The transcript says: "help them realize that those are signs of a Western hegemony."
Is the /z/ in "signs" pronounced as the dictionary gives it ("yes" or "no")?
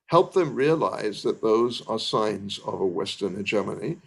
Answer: yes